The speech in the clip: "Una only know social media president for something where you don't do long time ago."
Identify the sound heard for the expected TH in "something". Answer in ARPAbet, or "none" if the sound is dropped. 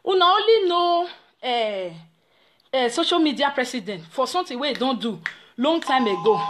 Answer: T